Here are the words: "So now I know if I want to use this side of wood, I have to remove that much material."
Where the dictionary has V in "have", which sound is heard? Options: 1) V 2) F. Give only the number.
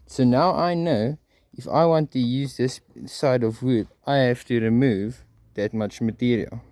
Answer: 2